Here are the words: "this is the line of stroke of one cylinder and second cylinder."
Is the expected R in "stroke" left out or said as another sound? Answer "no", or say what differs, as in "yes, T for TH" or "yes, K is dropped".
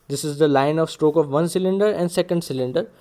no